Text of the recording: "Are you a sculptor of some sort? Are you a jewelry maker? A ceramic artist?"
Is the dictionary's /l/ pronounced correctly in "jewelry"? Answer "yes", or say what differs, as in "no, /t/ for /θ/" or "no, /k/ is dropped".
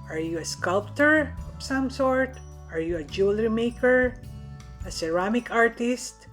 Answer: yes